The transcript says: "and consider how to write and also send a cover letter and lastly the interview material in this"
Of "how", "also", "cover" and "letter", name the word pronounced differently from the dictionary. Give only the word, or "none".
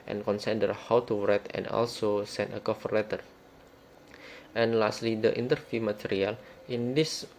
cover